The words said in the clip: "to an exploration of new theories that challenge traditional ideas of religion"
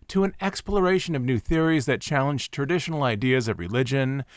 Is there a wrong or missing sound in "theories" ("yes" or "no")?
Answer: no